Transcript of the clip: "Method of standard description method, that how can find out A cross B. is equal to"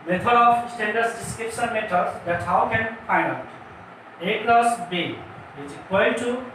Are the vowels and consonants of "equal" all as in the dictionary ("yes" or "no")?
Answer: no